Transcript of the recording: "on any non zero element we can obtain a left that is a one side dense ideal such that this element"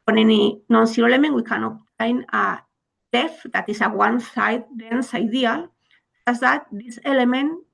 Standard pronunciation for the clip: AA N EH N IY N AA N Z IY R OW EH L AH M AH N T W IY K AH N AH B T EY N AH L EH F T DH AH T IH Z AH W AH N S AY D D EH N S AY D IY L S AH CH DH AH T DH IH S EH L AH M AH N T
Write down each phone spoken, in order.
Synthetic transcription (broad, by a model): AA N EH N IY N AA N S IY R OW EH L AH M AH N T W IY K AH N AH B T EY N AH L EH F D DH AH T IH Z AH W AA N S AY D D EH N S AY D IY L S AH S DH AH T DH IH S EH L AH M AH N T